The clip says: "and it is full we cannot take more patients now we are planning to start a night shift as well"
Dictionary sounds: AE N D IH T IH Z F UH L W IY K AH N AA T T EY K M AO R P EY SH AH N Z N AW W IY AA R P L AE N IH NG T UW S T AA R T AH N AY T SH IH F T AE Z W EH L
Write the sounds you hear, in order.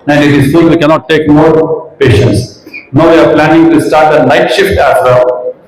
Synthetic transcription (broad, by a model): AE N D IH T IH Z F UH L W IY K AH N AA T T EY K M AO R P EY SH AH N S N AW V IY AA R P L AE N IH NG T UW S T AA R T AH L AY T SH IH F T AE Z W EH L